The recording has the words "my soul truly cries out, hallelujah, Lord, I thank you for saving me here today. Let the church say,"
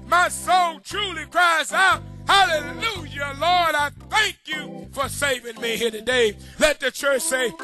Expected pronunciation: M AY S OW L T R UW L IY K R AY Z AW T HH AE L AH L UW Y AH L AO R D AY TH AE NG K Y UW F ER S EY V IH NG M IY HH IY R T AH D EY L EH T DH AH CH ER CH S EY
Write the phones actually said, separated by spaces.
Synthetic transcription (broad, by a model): M AY S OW N T R UW L IY K R AY Z AW T HH AE L AH L UW Y AH L AO R D AY TH AE NG K Y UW F ER S EY V IH NG M IY HH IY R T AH D EY L EH T DH AH CH ER CH S EY